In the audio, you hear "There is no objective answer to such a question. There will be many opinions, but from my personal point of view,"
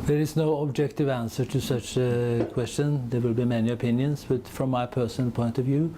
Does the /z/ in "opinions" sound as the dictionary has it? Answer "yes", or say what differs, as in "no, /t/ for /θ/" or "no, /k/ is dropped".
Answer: no, /s/ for /z/